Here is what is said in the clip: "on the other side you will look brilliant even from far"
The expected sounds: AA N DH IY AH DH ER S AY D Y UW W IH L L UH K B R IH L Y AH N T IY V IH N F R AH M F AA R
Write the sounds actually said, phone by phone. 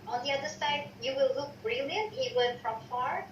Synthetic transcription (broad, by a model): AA N DH IY AH DH ER S AY D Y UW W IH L L UH K B R IH L Y AH N T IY W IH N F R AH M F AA R